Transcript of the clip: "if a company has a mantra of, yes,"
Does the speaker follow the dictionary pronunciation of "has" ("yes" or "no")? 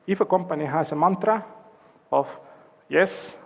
no